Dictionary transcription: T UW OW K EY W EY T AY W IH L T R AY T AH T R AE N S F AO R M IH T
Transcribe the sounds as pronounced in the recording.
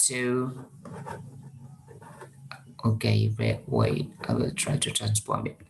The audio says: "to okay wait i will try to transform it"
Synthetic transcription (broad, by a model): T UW OW K EY W EY T AY W IH L T R AY T AH T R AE N S P AO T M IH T